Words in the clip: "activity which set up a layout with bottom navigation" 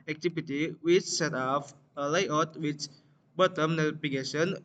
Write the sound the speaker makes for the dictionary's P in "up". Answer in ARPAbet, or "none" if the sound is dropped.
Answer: F